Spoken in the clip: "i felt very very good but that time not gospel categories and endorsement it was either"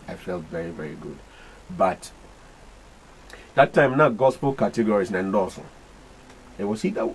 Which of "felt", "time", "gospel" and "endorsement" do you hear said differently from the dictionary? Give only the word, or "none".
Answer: endorsement